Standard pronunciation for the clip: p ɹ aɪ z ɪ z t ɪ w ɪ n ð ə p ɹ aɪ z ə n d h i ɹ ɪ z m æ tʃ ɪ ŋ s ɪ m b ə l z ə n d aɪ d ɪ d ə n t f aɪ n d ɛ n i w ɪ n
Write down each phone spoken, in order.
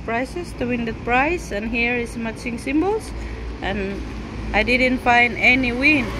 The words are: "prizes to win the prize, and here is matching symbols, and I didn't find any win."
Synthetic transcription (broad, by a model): p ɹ aɪ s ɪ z t ɪ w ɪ n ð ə p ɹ aɪ s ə n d h i ɹ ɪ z m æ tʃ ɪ ŋ s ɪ m b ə l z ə n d aɪ d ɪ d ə n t f aɪ n d ɛ n i w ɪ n